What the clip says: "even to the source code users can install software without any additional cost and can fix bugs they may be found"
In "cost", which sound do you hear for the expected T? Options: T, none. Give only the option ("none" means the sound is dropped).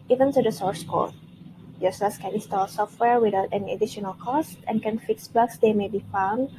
T